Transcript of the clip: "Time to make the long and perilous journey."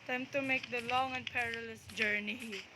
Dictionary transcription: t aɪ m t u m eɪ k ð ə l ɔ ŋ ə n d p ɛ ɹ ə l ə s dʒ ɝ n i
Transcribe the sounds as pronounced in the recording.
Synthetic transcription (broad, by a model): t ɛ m t u m eɪ k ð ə l ɔ ŋ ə n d p ɛ ɹ ə l ə s dʒ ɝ n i